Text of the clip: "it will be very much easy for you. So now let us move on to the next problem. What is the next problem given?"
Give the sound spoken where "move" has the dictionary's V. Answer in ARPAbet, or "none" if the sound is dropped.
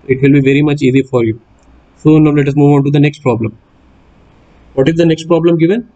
V